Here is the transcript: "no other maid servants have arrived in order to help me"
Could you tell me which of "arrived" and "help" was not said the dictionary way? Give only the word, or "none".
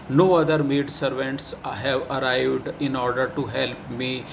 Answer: none